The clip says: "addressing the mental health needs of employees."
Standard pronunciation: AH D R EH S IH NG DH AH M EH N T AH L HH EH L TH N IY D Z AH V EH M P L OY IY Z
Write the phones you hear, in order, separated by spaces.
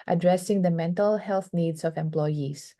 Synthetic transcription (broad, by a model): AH D R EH S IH NG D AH M EH N T AH L HH EH L TH N IY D S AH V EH M P L OY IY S